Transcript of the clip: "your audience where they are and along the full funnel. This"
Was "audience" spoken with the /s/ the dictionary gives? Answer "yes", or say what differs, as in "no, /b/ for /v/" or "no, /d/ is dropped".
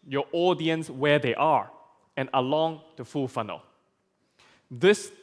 yes